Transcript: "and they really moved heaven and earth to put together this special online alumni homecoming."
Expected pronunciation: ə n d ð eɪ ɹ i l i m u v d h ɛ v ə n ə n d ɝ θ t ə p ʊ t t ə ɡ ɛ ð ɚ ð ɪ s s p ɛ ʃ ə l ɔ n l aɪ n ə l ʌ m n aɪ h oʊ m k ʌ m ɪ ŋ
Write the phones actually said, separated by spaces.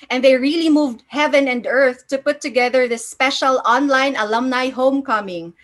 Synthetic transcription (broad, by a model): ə n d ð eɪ ɹ i l i m u v d h ɛ v ə n ə n d ɝ θ t ə p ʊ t t ə ɡ ɛ ð ɚ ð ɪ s s p ɛ ʃ ə l ɔ n l aɪ n ə l ʌ m n aɪ h oʊ m k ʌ m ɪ ŋ